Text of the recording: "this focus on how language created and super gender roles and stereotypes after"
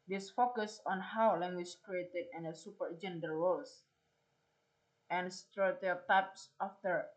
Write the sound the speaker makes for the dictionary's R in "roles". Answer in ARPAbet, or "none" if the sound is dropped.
W